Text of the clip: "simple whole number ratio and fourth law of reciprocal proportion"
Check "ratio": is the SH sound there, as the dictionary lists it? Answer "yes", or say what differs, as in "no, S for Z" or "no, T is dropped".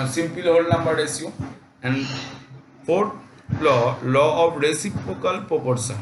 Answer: no, S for SH